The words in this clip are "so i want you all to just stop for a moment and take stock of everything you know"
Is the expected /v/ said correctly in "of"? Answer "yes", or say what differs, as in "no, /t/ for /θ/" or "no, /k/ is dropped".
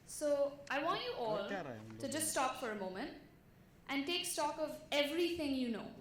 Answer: yes